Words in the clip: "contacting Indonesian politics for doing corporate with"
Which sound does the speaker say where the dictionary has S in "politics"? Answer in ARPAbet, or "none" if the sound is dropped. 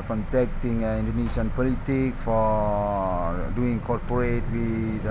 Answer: none